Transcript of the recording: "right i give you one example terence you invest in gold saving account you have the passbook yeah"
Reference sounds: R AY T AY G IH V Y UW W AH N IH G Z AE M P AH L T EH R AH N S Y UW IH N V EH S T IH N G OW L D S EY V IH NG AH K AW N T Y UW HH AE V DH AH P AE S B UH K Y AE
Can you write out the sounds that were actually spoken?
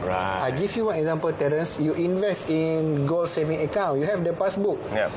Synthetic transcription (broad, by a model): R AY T AY G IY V Y UW W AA N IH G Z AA M P AH L T EH R AH N S Y UW IH N V EH S T IH N G OW L S EY V IH NG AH K AW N Y UW HH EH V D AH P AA S B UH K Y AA